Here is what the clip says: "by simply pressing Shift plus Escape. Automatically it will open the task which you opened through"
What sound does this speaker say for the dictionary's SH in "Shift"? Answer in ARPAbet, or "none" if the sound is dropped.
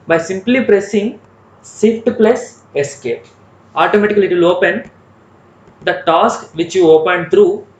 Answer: S